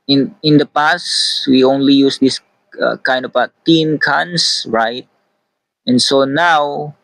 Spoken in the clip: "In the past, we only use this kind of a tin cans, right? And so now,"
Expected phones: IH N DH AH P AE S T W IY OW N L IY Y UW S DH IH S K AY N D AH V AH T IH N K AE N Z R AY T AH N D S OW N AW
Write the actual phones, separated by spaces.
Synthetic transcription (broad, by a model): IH N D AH P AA S W IY OW N L IY Y UW S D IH S K AY N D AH B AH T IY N K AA N S R AY T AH N S OW N AW